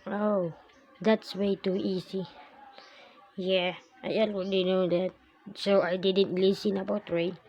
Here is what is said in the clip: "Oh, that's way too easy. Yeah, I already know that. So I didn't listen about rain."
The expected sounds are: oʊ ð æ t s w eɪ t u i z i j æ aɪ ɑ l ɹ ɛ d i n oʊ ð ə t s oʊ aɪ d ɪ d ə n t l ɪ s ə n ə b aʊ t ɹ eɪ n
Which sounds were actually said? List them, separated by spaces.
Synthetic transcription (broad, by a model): oʊ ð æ t s w eɪ t u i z i j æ aɪ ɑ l w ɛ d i n oʊ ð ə t s oʊ aɪ d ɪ d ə n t l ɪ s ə n ə b aʊ t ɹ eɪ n